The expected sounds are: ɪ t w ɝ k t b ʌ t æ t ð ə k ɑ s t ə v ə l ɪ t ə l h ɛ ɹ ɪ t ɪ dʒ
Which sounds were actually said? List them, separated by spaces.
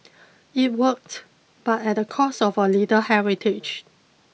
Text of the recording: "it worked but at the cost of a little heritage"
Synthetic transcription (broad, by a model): ɪ t w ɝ k t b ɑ t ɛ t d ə k ɑ s ə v ə l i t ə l h ɛ ɹ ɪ t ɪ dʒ